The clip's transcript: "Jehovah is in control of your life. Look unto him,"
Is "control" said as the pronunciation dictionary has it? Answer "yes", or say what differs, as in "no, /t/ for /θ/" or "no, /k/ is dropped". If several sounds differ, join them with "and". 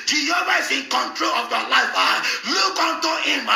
yes